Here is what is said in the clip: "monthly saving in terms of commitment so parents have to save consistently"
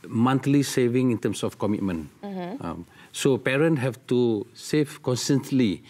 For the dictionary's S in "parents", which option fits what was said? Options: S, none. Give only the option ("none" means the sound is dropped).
none